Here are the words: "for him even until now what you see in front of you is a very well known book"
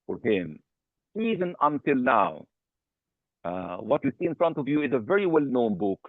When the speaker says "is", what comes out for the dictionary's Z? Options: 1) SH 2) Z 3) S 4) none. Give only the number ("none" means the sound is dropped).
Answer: 2